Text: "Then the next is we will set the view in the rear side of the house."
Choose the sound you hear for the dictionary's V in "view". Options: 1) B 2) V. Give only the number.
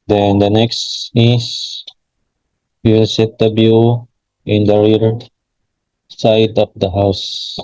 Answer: 1